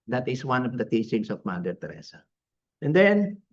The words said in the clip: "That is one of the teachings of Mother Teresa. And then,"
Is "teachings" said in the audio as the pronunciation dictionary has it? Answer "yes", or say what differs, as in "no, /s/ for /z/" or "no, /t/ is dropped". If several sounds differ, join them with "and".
no, /s/ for /z/